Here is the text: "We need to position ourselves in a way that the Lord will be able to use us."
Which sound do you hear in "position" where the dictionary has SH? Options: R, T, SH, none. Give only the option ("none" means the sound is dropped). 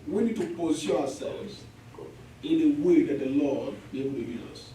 none